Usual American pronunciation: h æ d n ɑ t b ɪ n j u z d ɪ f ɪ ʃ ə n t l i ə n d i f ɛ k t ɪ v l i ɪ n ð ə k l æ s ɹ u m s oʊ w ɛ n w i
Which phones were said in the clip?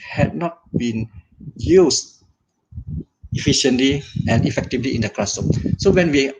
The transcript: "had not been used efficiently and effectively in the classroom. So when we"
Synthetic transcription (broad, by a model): h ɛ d n ɑ t b ɪ n j u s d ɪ f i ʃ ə n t l i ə n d i f ɛ k t ɪ v l i ɪ n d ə k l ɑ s ɔ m s oʊ w ɛ n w i